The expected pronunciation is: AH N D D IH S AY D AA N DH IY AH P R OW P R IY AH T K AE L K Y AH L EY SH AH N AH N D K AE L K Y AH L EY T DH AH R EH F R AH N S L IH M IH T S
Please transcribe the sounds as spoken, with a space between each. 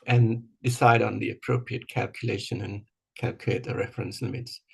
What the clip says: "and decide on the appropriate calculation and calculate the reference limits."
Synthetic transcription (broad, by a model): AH N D D IH S AY D N DH IY AH P R OW P R IY AH T K AE L K Y AH L EY SH AH N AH N K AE L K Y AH IH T DH AH R EH F R AH N S L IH M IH T S